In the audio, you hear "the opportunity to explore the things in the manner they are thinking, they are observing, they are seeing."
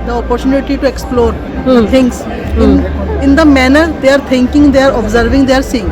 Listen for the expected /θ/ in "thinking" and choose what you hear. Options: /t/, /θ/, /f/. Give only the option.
/t/